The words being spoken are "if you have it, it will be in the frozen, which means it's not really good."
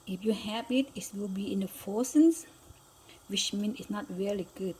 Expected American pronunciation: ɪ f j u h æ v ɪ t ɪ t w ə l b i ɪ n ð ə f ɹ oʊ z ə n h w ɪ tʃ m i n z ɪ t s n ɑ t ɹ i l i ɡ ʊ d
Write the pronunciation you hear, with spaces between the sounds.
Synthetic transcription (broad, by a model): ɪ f j u h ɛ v ɪ t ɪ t w ə l b i ɪ n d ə f oʊ s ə n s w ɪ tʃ m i n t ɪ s n ɑ t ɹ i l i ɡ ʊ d